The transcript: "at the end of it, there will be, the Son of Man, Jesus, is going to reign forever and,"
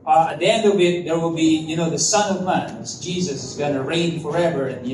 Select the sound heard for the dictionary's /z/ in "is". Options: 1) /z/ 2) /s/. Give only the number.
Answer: 1